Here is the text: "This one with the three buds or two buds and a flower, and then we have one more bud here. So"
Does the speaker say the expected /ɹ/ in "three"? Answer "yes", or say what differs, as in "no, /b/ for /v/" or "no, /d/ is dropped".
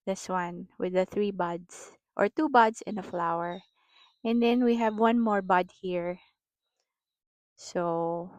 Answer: yes